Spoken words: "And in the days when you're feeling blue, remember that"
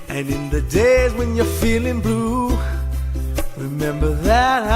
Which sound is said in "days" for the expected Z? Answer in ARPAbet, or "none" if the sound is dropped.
Z